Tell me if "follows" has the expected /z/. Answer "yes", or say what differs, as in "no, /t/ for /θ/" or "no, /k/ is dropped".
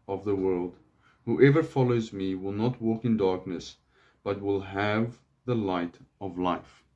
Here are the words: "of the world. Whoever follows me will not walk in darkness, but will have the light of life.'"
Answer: yes